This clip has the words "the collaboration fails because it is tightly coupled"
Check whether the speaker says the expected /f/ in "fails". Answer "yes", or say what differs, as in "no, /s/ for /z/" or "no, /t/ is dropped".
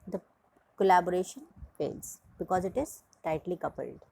no, /p/ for /f/